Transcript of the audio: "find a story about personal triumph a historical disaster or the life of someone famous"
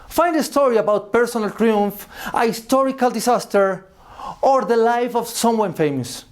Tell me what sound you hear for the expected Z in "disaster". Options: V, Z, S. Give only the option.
S